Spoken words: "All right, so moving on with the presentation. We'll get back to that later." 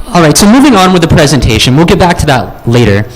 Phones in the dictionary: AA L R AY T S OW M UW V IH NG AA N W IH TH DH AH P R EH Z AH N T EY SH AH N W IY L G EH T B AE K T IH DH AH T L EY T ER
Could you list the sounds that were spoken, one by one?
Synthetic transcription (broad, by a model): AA L R AY T S OW M UW V IH NG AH N W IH DH AH P R EH Z AH N T EY SH AH N W IY L G EH T B AE K T IH DH AH T L EY T ER